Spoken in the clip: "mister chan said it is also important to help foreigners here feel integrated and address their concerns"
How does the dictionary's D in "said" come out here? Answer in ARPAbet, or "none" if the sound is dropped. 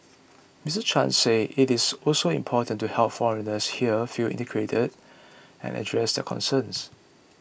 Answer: none